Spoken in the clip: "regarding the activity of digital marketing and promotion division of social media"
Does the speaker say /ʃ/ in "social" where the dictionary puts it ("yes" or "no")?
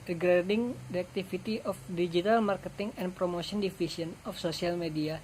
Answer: no